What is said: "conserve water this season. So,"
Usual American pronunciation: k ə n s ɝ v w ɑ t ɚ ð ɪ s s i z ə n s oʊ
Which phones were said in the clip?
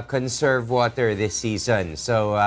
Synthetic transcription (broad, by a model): k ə n s ɝ v w ɑ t ɚ ð ɪ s s i z ə n s oʊ